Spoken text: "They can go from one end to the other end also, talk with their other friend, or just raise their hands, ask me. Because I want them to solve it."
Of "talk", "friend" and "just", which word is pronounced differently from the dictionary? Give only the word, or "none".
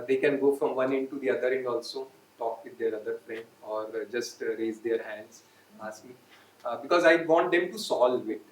friend